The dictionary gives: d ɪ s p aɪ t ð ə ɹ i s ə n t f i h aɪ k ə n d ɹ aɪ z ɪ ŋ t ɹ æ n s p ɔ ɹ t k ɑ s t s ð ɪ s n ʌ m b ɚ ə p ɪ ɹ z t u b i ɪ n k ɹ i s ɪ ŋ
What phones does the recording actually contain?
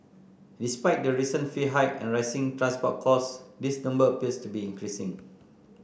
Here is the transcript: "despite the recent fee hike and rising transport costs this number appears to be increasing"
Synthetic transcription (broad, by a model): d ɪ s p aɪ t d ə ɹ i s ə n f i h aɪ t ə n ɹ aɪ s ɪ ŋ t ɹ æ n s p ɔ t k ɑ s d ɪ s n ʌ m b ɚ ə p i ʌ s t u b i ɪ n k ɹ i s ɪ ŋ